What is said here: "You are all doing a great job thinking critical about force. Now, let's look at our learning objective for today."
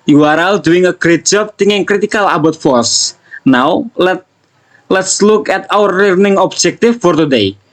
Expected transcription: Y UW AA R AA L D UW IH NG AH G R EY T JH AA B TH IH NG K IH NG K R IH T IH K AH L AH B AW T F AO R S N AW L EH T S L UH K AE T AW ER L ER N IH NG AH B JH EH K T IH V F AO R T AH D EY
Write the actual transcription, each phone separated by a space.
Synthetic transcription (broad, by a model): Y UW AA R AA L D UW IH NG AH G R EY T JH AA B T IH NG IH NG K R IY T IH K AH L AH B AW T F AO R S N AW L EH T S L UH K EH T AW ER L ER N IH NG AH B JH EH K T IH F AO R T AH D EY